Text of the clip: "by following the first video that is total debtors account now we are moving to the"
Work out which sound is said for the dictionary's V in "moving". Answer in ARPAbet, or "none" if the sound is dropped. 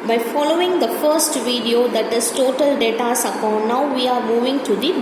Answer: V